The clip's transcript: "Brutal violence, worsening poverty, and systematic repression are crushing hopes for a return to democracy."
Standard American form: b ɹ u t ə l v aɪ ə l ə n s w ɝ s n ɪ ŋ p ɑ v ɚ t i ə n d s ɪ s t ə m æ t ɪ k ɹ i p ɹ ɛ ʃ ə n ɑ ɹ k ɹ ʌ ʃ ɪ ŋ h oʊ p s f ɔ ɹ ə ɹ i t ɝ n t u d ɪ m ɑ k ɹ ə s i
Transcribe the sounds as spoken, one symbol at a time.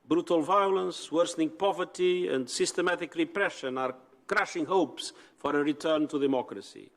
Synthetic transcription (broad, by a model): b ɹ u t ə l v aɪ ə l ə n s w ɝ s n ɪ ŋ p ɑ v ɚ t i ə n d s ɪ s t ə m æ t ɪ k ɹ i p ɹ ɛ ʃ ə n ɑ ɹ k ɹ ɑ ʃ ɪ ŋ h oʊ p s f ɔ ɹ ə ɹ i t ɝ n t u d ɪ m ɑ k ɹ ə s i